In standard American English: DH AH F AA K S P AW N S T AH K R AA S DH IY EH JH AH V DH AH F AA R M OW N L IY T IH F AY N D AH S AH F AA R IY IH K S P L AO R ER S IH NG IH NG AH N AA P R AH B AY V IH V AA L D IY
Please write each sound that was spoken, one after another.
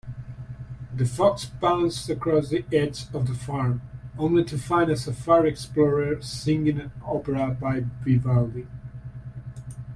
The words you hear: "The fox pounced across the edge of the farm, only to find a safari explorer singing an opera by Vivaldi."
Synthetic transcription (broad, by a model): DH AH F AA K S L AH N S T AH K R AA S DH IY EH Z AH V DH AH F AA R M OW N L IY T IH F AY N D AH S AH F AA R IY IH K S P L AO R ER S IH NG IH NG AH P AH R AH B AY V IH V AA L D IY